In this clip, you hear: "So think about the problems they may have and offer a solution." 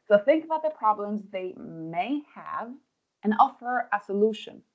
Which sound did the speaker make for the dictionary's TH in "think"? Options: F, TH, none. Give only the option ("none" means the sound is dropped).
TH